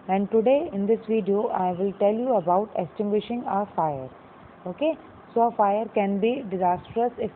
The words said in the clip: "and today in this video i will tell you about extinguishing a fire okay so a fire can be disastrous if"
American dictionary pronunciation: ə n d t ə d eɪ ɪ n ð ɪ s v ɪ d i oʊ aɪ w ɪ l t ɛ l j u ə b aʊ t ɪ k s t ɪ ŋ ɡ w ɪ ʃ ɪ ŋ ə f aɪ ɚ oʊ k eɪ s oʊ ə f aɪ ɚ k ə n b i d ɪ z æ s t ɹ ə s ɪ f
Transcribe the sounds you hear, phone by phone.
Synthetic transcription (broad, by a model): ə n d t ə d eɪ ɪ n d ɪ s v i d i oʊ aɪ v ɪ l t ɛ l j u ə b aʊ t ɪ s t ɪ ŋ ɡ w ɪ ʃ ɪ ŋ ə f aɪ ɚ oʊ k eɪ s oʊ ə f aɪ ɚ k ə n b i d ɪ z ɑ s t ɹ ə s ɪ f